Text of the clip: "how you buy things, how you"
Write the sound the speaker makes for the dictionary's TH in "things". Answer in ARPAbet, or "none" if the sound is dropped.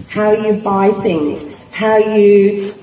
TH